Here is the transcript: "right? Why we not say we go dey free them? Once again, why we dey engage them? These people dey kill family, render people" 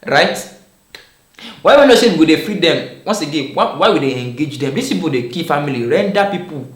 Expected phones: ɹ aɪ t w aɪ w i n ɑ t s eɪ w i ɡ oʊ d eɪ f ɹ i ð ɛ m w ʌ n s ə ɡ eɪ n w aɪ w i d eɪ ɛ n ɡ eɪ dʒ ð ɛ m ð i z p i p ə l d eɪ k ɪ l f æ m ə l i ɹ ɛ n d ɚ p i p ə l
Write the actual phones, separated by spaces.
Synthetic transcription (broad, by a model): ɹ aɪ t w aɪ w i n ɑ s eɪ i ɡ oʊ d eɪ f ɹ i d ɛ m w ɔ n s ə ɡ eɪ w w aɪ w i d eɪ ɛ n ɡ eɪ dʒ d ɛ m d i s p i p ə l d eɪ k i f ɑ m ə l i ɹ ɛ n d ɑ p i p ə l